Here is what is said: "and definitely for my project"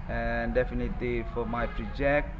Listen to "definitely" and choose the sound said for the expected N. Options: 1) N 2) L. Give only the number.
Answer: 1